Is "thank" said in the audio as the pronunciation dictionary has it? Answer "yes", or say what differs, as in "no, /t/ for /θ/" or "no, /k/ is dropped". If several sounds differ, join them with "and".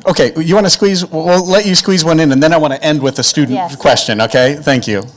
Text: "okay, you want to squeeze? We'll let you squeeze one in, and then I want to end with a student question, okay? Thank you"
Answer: yes